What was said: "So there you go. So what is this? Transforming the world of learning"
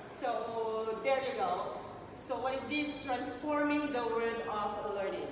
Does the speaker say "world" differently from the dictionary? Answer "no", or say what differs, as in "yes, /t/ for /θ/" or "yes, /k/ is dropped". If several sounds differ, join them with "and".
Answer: yes, /l/ is dropped